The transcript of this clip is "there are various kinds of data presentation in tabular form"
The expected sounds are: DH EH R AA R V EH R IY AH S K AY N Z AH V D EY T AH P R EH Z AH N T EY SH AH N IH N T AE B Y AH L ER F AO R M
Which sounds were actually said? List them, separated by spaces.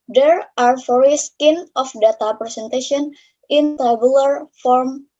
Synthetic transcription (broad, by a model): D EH R AA R F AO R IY S K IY N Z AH F D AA T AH P R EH S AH N T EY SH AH N IH N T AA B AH L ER F AO R M